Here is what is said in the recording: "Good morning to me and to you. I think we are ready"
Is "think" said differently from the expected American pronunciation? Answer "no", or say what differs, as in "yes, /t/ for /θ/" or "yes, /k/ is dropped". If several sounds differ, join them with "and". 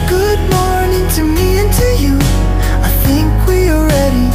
no